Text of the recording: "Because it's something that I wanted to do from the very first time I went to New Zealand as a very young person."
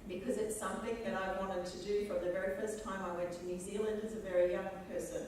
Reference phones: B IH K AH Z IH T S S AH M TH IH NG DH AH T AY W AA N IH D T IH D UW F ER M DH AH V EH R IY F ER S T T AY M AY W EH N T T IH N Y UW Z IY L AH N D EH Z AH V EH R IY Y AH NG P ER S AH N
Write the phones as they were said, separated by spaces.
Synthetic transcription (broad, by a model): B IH K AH Z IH T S S AH M TH IH NG DH AH T AY W AA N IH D T IH D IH F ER DH AH V EH R IY F ER S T T AY M AY W EH N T T IH N Y UW Z IY L AH N D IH Z AH V EH R IY Y AH NG P ER S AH N